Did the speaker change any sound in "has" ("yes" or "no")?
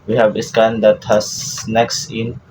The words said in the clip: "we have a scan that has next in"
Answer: yes